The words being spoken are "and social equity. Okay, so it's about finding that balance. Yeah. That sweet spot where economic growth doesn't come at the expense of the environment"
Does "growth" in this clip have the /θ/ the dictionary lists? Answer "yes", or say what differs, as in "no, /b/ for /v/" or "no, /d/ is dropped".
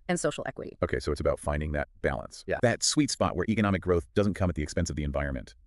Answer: yes